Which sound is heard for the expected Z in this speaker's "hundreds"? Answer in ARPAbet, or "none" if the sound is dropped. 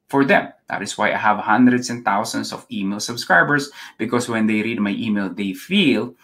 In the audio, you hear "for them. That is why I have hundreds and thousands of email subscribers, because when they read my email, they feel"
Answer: S